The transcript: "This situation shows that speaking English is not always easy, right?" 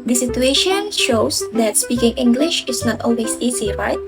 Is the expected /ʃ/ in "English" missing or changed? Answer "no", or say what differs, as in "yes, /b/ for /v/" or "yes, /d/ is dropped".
no